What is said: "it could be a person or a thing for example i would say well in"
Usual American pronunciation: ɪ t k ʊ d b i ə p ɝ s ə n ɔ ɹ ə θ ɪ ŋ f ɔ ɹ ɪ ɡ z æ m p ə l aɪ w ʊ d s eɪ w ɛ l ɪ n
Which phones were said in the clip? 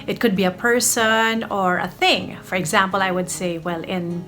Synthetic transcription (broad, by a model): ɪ t k ʊ d b i ə p ɝ s ə n ɔ ɹ ə θ ɪ ŋ f ɔ ɹ ɪ ɡ z æ m p ə l aɪ w ʊ d s eɪ w ɛ l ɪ n